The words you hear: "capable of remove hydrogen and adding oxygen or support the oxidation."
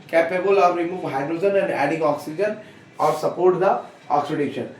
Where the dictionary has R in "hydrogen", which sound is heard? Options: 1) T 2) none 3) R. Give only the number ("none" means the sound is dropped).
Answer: 3